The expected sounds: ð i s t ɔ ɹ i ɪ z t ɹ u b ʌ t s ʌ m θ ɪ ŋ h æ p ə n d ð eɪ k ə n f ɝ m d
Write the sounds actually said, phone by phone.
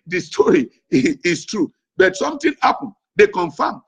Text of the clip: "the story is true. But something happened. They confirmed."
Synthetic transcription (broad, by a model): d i s t ɔ ɹ i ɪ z t ɹ u b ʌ t s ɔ m t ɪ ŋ h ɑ p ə n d eɪ k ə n f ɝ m